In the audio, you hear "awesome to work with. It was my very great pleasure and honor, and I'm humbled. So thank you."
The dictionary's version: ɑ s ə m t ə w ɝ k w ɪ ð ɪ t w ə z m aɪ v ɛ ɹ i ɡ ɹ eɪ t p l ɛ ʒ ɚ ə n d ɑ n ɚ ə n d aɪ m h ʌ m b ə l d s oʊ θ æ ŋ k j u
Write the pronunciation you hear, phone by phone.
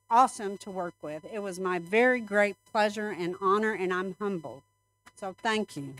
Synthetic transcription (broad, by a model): ɑ s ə m t ə w ɝ k w ɪ ð ɪ t w ə z m aɪ v ɛ ɹ i ɡ ɹ eɪ t p l ɛ ʒ ɚ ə n ɑ n ɚ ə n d aɪ m h ʌ m b l s oʊ θ æ ŋ k j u